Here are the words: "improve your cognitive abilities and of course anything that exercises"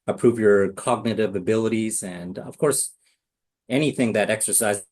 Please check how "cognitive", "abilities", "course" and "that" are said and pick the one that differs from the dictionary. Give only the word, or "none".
none